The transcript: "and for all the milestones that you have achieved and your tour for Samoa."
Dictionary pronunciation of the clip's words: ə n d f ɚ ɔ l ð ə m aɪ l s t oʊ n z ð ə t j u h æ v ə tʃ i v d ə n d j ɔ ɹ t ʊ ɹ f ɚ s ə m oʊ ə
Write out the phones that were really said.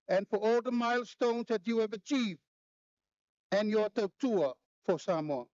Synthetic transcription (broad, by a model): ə n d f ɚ ɔ l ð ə m aɪ l s t oʊ n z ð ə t j u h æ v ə tʃ i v ə n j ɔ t t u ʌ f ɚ s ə m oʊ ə